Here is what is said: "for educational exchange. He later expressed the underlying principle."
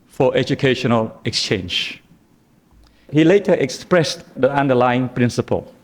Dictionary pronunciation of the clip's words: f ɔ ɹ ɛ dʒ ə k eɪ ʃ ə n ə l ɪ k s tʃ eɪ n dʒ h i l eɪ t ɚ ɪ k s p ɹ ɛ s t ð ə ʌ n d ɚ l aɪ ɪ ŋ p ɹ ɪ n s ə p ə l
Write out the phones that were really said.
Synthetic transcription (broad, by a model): f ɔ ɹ ɛ dʒ ə k eɪ ʃ ə n ə l ɪ k s tʃ eɪ n dʒ h i l eɪ t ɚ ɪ k s p ɹ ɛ s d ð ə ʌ n d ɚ l aɪ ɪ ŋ p ɹ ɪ n s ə p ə l